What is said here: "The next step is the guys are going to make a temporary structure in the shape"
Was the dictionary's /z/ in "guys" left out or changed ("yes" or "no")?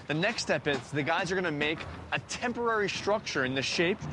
no